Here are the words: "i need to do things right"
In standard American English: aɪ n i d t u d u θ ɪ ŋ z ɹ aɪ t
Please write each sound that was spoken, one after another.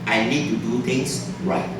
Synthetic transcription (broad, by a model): aɪ n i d t u d u t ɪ ŋ s ɹ aɪ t